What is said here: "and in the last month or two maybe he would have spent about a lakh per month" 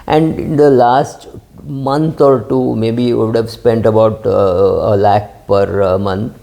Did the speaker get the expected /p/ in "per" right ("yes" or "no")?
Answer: yes